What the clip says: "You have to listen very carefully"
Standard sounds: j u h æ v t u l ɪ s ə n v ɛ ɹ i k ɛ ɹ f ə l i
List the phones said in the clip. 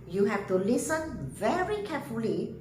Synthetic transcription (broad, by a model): j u h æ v t u l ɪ s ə n v ɛ ɹ i k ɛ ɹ f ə l i